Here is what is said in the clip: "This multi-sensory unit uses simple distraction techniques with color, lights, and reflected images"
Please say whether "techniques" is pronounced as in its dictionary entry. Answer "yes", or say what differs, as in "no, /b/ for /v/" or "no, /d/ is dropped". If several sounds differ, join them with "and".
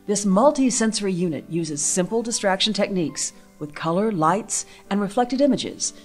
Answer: yes